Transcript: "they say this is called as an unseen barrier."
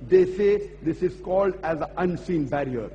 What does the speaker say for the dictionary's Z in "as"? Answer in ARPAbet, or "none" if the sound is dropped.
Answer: Z